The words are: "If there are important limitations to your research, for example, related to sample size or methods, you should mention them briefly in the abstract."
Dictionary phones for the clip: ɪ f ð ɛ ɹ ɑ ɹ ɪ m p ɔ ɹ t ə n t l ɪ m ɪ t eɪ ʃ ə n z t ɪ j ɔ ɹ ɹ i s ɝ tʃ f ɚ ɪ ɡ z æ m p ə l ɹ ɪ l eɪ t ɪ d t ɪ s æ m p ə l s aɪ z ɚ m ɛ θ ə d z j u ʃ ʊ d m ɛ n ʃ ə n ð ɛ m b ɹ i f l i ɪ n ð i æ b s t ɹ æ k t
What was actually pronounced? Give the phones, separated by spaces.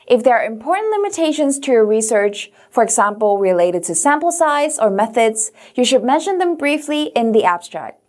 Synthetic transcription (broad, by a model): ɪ f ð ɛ ɹ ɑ ɹ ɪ m p ɔ ɹ t n t l ɪ m ɪ t eɪ ʃ ə n z t ɪ j ɔ ɹ ɹ i s ɝ tʃ f ɚ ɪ ɡ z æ m p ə l ɹ ɪ l eɪ t ɪ d t ɪ s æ m p l s aɪ z ɚ m ɛ θ ə d z j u ʃ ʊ d m ɛ n ʃ ə n ð ɛ m b ɹ i f l i ɪ n ð i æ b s t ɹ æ k t